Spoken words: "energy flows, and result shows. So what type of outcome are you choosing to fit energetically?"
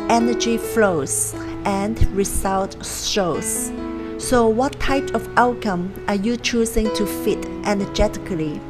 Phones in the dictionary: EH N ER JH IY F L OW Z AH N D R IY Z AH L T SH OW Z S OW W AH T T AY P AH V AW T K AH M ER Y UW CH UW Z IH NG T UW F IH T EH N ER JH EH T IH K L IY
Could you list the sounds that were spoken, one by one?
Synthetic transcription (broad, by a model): EH N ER JH IY F L OW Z AH N D R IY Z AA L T S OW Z S OW W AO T T AY P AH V AW T K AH M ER Y UW CH UW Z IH NG T UW F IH T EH N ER JH EH T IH K L IY